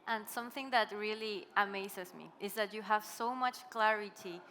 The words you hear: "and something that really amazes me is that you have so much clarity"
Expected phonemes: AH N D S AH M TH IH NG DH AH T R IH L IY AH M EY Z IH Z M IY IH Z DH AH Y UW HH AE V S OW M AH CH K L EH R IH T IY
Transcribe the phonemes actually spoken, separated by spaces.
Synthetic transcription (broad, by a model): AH N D S AH M TH IH NG DH AH T R IH L IY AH M EY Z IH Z M IY IH Z DH AH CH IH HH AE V S OW M AH CH K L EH R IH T IY